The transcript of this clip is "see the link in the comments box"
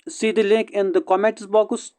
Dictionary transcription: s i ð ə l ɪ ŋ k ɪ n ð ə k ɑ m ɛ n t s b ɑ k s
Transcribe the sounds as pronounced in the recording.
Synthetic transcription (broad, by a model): s i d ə l ɪ ŋ k ɪ n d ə k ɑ m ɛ t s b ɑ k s